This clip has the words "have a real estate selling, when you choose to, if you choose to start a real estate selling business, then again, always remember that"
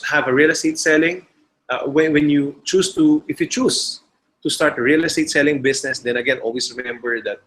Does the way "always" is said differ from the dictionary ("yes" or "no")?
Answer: yes